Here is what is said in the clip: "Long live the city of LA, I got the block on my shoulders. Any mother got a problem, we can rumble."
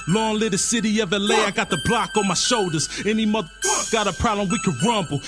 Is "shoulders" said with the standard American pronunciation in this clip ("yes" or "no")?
yes